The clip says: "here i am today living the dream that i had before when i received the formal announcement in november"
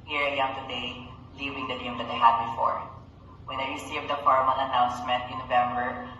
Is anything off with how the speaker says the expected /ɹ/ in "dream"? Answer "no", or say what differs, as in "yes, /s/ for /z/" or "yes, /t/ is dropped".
yes, /ɹ/ is dropped